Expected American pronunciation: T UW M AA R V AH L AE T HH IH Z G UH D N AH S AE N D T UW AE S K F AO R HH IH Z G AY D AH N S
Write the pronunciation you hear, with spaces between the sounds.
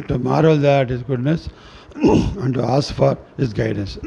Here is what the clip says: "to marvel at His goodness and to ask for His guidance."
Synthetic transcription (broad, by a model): T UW M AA R AH L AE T HH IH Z G UH D N AH S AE N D T UW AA S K F AO R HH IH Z G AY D N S